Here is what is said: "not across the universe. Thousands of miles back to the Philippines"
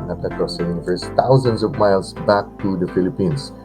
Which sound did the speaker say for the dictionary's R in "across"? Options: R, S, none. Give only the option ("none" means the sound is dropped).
none